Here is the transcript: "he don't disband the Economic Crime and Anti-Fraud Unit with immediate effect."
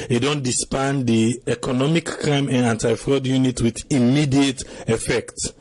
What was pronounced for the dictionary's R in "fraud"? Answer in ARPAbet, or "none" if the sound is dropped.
R